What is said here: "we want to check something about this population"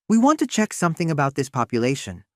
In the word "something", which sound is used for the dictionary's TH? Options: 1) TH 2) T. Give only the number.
1